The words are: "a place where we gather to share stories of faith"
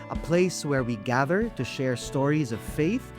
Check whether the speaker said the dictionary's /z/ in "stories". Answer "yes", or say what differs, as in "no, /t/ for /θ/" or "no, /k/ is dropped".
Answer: yes